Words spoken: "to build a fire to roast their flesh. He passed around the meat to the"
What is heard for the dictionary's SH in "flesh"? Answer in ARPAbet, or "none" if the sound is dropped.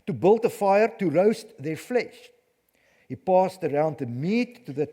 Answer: SH